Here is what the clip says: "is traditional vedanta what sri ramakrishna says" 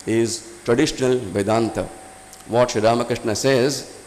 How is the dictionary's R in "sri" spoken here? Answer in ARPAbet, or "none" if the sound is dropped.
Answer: none